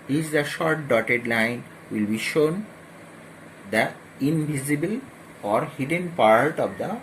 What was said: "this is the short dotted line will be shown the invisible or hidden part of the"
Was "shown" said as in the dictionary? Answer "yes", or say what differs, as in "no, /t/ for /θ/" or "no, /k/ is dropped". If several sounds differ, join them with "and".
yes